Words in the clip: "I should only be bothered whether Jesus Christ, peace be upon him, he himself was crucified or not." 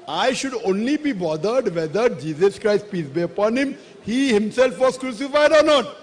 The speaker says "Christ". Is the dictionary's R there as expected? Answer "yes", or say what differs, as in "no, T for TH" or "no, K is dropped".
yes